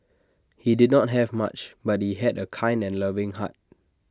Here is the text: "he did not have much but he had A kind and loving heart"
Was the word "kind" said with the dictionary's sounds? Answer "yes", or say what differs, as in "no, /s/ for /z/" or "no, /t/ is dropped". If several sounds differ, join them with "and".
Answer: yes